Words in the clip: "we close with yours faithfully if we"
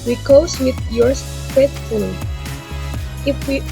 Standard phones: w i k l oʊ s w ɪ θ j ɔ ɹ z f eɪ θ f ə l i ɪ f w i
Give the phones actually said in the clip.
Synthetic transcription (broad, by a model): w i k oʊ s w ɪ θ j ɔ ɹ s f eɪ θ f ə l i ɪ f w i